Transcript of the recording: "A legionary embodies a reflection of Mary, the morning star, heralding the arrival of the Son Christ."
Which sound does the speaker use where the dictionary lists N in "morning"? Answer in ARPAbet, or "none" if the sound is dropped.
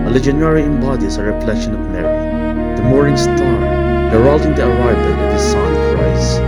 none